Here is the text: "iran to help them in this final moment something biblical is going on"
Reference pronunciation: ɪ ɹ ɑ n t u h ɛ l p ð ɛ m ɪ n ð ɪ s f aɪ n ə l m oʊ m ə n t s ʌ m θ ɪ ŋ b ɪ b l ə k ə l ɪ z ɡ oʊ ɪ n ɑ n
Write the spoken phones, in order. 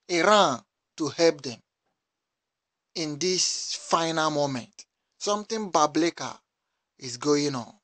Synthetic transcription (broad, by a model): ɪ ɹ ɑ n t u h ɛ l p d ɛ m ɪ n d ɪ s f aɪ n ə l m oʊ m ə n t s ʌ m t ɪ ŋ b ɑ b l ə k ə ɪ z ɡ oʊ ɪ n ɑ n